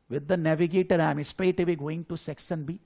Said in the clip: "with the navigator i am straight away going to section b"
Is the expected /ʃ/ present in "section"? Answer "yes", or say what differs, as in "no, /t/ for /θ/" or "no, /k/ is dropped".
no, /s/ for /ʃ/